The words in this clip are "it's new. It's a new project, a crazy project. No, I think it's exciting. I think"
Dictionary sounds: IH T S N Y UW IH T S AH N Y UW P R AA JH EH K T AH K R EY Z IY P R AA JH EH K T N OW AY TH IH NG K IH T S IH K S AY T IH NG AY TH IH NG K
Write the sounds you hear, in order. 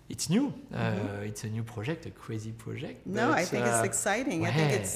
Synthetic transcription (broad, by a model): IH T S N Y UW IH T S AH N Y UW P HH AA ZH EH K T AH K W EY Z IY P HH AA ZH EH K T N OW AY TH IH K IH T S IH K S AY T IH NG AY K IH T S